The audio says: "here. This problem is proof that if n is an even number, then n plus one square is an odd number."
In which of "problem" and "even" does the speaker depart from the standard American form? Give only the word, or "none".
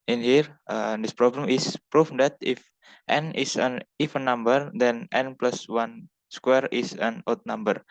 even